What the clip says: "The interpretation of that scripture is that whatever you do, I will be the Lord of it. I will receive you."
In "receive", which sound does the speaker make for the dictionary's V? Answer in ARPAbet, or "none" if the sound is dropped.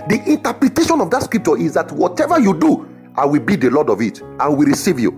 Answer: V